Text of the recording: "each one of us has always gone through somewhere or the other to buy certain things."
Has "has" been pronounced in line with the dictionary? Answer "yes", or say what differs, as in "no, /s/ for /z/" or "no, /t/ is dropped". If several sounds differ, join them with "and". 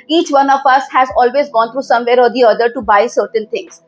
yes